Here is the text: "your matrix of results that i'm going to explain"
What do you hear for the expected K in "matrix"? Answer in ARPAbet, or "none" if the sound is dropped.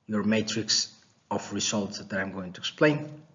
K